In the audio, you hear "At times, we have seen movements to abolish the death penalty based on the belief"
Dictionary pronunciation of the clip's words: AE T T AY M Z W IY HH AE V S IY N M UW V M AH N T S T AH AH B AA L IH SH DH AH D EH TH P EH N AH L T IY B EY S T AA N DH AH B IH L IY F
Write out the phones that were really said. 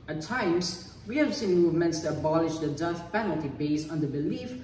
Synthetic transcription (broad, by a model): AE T T AY M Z W IY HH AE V S IY N M UW V M AH N T S T AH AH B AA L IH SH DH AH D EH S P EH N AH L T IY B EY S AA N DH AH B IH L IY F